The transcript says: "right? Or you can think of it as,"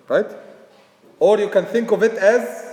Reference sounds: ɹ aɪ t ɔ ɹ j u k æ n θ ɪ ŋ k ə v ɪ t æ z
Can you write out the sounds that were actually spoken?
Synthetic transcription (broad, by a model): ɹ aɪ t ɔ ɹ j u k æ n θ ɪ ŋ k ə v ɪ t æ z